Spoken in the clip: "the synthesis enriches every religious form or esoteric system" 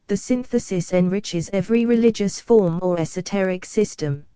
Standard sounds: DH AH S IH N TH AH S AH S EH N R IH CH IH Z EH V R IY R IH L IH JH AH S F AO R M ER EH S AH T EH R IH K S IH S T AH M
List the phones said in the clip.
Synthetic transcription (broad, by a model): DH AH S IH N TH AH S AH S EH N R IH CH IH Z EH V R IY R IH L IH JH AH S F AO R M ER EH S AH T EH R IH K S IH S T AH M